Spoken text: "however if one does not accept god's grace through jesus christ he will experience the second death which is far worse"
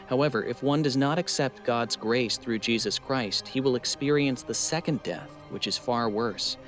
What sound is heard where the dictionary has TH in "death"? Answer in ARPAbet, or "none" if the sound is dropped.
TH